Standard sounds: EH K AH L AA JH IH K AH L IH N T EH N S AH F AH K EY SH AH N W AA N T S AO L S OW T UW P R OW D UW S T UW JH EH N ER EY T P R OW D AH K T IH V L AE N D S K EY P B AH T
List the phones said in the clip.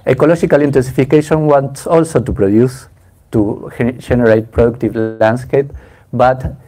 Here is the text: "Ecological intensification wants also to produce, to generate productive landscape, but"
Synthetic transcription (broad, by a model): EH K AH L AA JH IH K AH L IH N T EH N S AH F AH K EY SH AH N W AA N T S AO L S OW T UW P R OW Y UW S T UW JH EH N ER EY T P R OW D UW K T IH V L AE N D S K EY P B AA T